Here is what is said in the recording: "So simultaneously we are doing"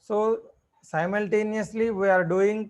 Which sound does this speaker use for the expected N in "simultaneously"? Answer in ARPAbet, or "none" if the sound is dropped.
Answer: N